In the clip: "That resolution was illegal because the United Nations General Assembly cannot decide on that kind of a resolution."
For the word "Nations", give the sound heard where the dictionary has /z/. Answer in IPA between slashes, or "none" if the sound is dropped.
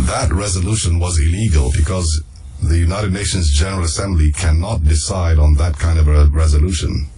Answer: /z/